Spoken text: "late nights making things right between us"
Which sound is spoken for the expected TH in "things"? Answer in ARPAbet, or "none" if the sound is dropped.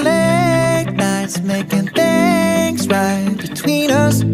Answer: TH